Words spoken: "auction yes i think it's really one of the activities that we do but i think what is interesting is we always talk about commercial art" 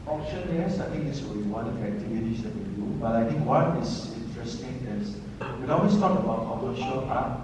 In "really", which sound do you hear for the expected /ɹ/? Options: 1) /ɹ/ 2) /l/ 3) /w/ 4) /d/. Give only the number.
3